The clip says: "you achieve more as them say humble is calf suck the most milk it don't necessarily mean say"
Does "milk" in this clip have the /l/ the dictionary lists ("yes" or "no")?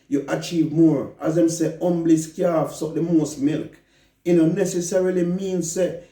yes